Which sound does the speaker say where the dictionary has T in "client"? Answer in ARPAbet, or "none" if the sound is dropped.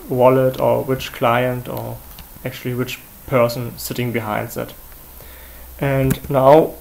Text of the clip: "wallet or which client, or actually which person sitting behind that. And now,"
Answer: T